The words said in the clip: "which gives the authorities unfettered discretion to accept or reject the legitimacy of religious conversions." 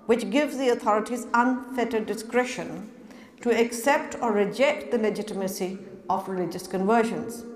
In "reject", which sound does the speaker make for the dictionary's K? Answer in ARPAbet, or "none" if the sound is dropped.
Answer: K